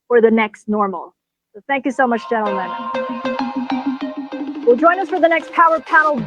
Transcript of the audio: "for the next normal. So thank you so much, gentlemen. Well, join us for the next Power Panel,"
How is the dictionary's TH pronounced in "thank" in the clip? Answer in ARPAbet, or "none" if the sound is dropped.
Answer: TH